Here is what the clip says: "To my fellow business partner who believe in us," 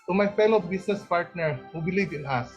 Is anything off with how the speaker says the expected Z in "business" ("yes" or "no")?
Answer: yes